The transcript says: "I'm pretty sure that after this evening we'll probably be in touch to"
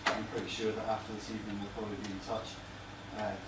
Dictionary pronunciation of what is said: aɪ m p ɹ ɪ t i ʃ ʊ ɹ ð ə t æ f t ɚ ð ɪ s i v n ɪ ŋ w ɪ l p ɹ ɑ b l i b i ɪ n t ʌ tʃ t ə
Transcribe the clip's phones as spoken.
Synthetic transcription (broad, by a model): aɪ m p ɹ ɪ t i ʃ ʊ ð ə t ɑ f t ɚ ð ɪ s i v n ɪ ŋ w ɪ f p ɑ l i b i ɪ n t ʌ tʃ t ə